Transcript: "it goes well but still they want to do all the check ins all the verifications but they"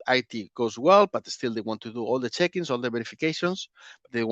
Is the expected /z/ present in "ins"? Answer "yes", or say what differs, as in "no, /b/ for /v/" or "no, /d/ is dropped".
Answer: no, /s/ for /z/